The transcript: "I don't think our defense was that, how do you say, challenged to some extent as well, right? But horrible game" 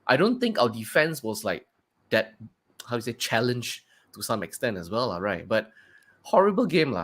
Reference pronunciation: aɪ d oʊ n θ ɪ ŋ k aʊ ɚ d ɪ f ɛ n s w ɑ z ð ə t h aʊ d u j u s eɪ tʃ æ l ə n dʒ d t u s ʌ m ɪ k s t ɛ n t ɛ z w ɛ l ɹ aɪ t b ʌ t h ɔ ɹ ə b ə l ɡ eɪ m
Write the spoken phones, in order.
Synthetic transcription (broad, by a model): aɪ d oʊ n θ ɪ ŋ k aʊ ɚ d ɪ f ɛ n s w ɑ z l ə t h aʊ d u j s eɪ tʃ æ l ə n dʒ t u s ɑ m ɪ k s t ɛ n t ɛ s w ɛ l ɹ aɪ t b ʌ t h ɔ ɹ ə b ə l ɡ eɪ m